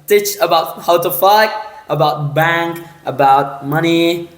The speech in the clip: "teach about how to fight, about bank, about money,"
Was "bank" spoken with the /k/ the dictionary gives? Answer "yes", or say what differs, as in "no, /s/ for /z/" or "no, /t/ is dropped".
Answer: yes